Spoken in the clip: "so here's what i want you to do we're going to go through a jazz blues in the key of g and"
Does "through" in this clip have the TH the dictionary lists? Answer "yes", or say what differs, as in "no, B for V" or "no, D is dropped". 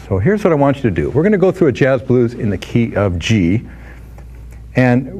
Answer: yes